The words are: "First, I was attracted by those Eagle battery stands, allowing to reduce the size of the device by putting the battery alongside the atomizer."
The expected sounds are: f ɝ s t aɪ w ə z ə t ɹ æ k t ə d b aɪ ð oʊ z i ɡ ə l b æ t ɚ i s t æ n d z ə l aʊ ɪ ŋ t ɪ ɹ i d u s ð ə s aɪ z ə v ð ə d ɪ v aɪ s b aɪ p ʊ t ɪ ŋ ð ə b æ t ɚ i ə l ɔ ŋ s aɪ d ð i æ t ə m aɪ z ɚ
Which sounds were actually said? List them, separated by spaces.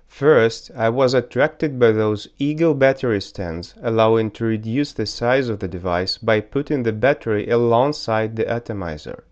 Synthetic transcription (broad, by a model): f ɝ s t aɪ w ə z ə t ɹ æ k t ə d b aɪ ð oʊ z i ɡ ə b æ t ɚ i s t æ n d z ə l aʊ ɪ ŋ t ɪ ɹ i d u s ð ə s aɪ z ə v ð ə d ɪ v aɪ s b aɪ p ʊ t ɪ ŋ ð ə b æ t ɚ i ə l ɔ ŋ s aɪ d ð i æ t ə m aɪ z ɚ